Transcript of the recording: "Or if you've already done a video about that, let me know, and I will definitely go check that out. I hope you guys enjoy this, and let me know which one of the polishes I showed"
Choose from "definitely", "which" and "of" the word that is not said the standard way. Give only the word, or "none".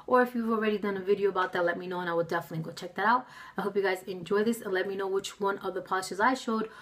none